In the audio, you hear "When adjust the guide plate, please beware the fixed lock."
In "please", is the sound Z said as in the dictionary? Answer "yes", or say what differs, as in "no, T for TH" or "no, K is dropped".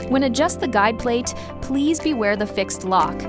yes